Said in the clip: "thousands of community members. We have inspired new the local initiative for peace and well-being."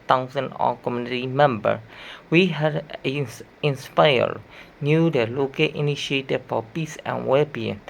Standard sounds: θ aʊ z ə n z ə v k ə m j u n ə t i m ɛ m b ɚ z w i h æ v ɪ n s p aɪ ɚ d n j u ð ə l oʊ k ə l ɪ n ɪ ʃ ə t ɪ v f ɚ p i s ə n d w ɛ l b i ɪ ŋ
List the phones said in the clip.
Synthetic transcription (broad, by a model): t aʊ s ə n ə k ə m j u n ə t i m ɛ m b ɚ w i h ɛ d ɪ n s p aɪ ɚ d n j u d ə l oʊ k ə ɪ n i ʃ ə t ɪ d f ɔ p i s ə n w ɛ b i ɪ